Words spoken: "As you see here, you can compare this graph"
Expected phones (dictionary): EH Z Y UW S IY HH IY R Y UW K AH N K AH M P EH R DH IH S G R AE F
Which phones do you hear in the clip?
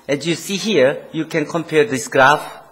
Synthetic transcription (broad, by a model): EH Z Y UW S IY HH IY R Y UW K AH N K AH M P EH R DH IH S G R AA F